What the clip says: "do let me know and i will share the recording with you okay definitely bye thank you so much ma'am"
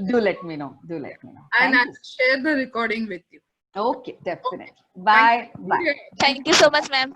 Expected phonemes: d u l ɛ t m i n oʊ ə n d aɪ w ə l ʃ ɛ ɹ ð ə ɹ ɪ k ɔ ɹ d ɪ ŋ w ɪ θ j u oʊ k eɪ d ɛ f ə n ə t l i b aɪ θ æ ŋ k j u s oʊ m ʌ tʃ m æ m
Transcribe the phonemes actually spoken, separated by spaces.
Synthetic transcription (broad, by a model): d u l ɛ t m i n oʊ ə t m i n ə n ʃ ɛ ɹ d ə ɹ ɪ k ɔ ɹ d ɪ ŋ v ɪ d j u oʊ k eɪ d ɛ f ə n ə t l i b aɪ t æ ŋ k j u s oʊ m ʌ tʃ m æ m